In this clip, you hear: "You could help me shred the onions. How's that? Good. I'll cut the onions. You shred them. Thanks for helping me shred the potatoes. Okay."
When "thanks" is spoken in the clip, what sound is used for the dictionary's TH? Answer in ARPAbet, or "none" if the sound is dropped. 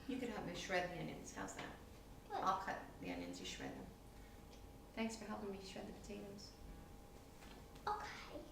TH